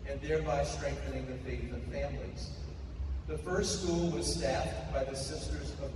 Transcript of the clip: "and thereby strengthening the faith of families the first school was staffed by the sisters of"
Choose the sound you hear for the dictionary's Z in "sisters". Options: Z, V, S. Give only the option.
Z